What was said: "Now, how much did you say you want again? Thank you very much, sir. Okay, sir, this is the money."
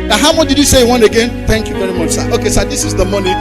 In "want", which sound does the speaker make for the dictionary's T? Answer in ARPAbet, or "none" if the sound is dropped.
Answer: none